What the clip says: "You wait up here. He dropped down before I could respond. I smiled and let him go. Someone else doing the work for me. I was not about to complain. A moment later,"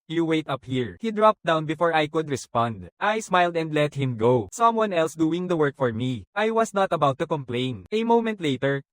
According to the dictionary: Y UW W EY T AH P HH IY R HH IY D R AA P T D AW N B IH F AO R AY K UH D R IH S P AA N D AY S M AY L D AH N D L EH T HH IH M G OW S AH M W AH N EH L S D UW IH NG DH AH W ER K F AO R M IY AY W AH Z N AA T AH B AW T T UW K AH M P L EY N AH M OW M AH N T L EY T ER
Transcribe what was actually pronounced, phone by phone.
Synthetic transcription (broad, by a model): Y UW W EY T AH P HH IY R HH IY D R AA P T D AW N B IH F AO R AY K UH D R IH S P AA N D AY S M AY L D AH N D L EH T HH IH M G OW S AH M W AH N EH L S D UW IH NG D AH W ER K F AO R M IY AY W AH S N AA T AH B AW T T UW K AH M P L EY N AH M OW M AH N T L EY T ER